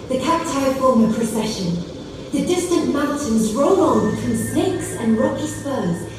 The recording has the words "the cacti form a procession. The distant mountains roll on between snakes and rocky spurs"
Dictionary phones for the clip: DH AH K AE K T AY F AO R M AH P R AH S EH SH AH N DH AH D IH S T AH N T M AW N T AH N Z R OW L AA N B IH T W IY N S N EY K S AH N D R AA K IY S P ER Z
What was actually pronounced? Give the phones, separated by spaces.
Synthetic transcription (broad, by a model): DH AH K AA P T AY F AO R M AH P R AH S EH SH AH N DH AH D IH S T AH N T M AW N T AH N Z R OW L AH N B IH T W IY N S N EY K S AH N R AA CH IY S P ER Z